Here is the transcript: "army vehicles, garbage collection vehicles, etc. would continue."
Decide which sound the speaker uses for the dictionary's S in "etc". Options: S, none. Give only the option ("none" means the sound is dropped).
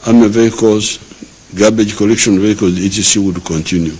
none